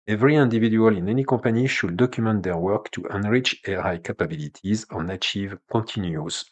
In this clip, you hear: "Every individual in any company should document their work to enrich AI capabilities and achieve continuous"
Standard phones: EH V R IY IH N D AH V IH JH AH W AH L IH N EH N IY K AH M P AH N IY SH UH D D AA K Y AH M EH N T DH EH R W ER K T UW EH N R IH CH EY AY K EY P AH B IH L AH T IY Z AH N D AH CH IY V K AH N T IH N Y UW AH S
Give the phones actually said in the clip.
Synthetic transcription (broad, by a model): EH V R IY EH N D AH V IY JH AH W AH L IH N EH N IY K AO P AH N IY SH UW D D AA K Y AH M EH N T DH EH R W ER K T UW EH N R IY CH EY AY K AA P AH B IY L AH T IY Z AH N AH CH IY V K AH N T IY N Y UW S